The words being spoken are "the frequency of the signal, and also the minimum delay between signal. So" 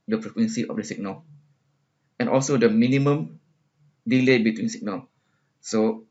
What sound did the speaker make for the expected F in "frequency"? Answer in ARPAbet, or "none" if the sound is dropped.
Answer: P